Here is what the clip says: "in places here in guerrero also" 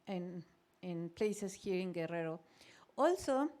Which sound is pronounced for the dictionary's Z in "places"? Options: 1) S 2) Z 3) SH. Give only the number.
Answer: 1